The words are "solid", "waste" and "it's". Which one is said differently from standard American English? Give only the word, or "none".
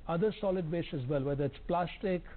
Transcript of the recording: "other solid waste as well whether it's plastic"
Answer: waste